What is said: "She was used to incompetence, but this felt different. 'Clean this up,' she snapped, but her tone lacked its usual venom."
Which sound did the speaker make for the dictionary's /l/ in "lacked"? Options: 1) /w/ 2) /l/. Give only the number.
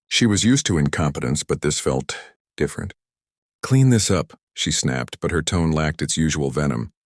2